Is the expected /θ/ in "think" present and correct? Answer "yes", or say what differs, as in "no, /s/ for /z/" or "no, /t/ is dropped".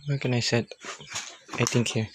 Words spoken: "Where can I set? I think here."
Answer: no, /t/ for /θ/